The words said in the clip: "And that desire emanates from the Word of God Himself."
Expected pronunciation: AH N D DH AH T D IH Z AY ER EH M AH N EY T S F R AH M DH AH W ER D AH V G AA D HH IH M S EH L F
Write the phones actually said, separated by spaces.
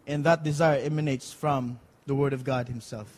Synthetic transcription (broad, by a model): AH N DH AH T D IH Z AY ER EH M AH N EY T S F R AH M DH AH W ER D AH V G AA D HH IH M S EH L F